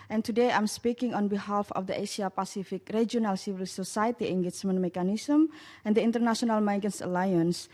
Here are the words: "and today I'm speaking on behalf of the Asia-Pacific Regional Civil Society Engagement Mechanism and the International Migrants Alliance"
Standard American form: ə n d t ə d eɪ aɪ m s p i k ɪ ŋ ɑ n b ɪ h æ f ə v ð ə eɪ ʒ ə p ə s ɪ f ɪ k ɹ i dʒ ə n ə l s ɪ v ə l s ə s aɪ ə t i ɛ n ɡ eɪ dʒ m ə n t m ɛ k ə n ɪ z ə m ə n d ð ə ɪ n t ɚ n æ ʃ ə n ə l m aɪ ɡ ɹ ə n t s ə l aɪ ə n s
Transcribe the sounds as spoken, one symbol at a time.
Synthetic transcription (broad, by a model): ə n t ə d eɪ aɪ m s p i k ɪ ŋ ɑ n b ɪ h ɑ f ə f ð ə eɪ ʃ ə p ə s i f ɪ k ɹ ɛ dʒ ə n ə l s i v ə l s ə s aɪ ə t i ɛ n ɡ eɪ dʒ m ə n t m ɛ k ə n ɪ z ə m ə n d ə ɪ n t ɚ n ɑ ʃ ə n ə l m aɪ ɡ ə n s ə l aɪ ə n s